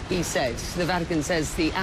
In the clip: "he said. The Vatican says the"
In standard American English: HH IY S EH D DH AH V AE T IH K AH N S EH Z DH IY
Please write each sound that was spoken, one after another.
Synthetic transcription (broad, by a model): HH IY S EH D DH AH V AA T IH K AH N S EH Z DH IY